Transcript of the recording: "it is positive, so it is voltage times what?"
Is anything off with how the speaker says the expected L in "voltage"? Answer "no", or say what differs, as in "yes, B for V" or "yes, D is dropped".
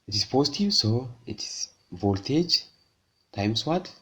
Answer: no